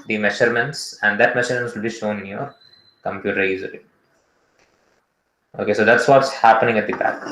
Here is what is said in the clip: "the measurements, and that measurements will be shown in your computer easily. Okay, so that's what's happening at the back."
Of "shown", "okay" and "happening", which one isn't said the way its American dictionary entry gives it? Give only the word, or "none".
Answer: none